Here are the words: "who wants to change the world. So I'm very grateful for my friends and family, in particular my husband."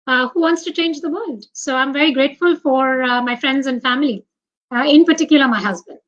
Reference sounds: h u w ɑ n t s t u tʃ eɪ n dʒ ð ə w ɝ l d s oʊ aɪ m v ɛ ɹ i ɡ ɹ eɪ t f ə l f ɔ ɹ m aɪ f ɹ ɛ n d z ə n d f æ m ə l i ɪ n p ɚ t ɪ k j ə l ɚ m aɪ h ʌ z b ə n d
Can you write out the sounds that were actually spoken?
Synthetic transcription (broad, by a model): h u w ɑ n t s t u tʃ eɪ n dʒ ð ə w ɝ l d s oʊ aɪ m v ɛ ɹ i ɡ ɹ eɪ t f ə l f ɔ ɹ m aɪ f ɹ ɛ n d z ə n d f æ m ə l i ɪ n p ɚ t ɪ k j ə l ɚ m aɪ h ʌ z b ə n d